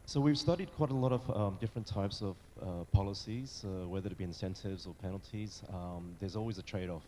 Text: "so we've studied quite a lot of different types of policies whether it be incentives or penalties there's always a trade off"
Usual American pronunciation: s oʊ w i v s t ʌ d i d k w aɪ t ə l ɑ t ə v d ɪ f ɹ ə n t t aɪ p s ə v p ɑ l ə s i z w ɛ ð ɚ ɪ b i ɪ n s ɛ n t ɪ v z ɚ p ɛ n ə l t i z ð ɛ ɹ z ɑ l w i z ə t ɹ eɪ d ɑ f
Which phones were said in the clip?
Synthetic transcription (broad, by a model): s oʊ w i v s t ʌ d i d k w aɪ t ə l ɑ t ə v d ɪ f ɹ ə n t t aɪ p s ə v p ɑ l ə s i z w ɛ ð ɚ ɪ b i ɪ n s ɛ n t ɪ v z ɚ p ɛ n l t i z ð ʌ ɹ z ɑ l w i z ə t ɹ eɪ d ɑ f